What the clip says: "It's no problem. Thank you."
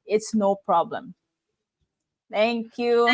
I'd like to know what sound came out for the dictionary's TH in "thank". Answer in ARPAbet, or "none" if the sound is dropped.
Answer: T